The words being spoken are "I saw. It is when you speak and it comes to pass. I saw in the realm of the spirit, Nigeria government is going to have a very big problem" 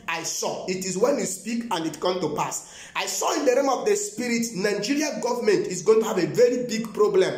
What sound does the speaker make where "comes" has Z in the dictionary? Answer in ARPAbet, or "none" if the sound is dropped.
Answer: none